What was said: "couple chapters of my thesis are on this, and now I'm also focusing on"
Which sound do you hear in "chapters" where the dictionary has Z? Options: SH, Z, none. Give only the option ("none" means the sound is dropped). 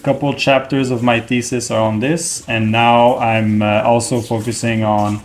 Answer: Z